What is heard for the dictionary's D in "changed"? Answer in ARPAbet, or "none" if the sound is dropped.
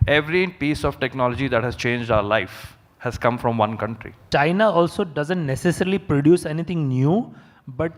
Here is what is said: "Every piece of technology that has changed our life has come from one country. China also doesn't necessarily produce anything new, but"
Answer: D